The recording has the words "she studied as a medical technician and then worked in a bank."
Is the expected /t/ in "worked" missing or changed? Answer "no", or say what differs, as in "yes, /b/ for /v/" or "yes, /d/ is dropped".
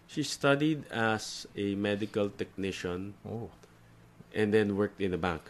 no